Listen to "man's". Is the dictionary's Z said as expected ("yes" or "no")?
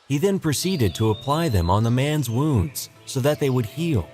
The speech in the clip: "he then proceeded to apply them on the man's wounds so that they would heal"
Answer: yes